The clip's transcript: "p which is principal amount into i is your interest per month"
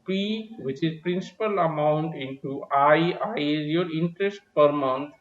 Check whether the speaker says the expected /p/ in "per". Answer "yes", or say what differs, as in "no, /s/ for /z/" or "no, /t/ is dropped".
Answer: yes